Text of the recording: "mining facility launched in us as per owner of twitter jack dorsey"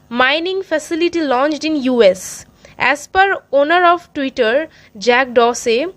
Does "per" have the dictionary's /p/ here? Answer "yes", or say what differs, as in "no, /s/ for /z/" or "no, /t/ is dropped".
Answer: yes